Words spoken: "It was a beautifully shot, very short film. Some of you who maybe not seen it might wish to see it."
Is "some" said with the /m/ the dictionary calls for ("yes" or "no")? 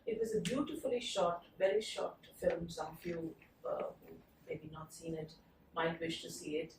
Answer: no